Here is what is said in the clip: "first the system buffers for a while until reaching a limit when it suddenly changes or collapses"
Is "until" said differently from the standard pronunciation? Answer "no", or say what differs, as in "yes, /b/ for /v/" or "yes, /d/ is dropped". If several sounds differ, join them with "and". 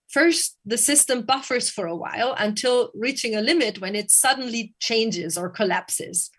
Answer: no